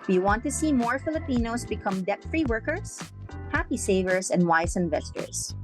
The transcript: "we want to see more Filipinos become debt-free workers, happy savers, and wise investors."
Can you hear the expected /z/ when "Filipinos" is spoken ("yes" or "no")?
no